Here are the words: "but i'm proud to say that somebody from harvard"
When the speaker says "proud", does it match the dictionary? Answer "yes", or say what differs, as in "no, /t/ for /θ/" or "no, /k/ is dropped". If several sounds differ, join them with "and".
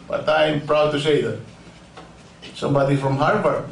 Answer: yes